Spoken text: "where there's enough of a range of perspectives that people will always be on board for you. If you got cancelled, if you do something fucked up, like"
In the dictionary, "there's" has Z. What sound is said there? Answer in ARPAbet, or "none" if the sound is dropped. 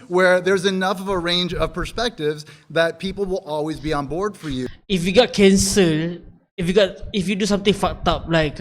Z